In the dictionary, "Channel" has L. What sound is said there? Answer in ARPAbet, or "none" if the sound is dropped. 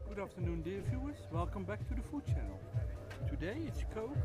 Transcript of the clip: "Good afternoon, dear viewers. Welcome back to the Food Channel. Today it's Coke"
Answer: L